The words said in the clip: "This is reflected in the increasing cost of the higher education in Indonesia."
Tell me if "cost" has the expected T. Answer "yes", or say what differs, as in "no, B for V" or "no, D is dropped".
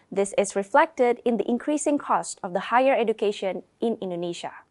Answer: yes